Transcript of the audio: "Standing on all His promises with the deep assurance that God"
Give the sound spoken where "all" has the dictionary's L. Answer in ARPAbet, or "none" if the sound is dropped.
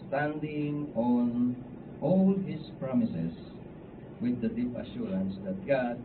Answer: L